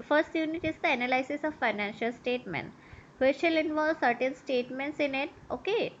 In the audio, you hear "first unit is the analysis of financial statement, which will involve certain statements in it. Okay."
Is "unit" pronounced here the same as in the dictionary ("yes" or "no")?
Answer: yes